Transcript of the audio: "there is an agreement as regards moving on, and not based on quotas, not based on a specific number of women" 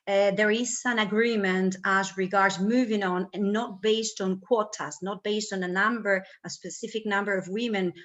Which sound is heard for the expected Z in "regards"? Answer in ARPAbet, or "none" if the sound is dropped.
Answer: Z